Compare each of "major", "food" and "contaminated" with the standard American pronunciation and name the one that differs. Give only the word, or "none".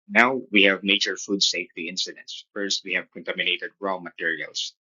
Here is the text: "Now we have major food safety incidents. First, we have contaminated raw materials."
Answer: major